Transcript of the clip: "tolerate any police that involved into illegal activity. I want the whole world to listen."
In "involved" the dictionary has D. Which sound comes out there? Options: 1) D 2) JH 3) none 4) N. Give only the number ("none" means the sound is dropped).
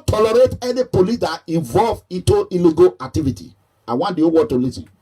3